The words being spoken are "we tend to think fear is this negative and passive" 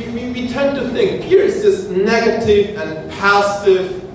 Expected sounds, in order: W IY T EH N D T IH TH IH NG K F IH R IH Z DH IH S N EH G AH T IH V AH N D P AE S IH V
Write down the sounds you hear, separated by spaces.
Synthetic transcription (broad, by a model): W IY T EH N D T IH TH IH NG K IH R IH S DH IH S N EH G AH T IH V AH N P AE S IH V